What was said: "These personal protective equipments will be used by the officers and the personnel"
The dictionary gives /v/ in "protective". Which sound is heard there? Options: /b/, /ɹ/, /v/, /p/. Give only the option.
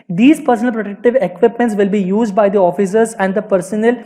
/v/